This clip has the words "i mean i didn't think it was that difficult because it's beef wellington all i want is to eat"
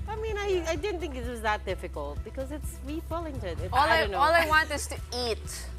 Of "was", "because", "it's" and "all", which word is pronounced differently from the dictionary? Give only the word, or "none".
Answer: none